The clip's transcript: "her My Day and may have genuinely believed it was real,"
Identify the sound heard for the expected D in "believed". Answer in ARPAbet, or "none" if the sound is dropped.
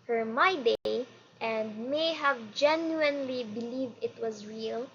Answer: D